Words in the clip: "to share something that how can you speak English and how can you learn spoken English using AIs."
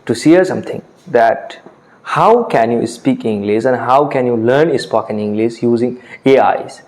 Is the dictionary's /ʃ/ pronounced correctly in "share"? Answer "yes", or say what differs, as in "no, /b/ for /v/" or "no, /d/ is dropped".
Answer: no, /s/ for /ʃ/